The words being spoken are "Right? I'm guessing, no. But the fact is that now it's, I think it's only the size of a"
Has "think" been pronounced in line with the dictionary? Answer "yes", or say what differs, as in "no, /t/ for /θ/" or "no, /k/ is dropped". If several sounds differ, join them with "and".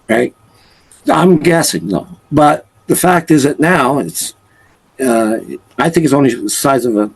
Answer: yes